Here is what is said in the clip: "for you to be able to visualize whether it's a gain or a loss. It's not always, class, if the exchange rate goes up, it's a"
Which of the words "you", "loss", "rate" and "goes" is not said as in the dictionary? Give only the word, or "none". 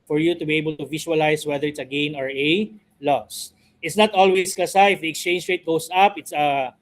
goes